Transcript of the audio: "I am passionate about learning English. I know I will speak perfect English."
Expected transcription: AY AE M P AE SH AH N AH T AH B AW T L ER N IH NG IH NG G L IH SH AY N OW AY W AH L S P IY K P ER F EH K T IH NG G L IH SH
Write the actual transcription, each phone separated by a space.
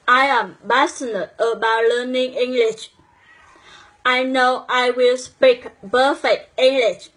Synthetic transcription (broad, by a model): AY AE M B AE S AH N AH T AH B AW T L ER N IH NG IH NG G L IH SH AY N OW AY W AH L S P IY K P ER F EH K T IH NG G L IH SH